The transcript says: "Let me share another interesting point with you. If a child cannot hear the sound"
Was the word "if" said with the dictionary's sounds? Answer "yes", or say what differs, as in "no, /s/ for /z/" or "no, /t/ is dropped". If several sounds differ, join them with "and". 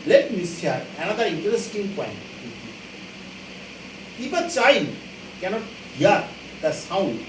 no, /p/ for /f/